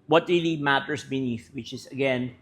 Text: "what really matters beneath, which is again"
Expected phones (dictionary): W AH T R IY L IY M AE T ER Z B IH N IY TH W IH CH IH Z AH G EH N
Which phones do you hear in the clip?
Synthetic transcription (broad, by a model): W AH T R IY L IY M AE T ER S B IH N IY TH W IH CH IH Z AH G EH N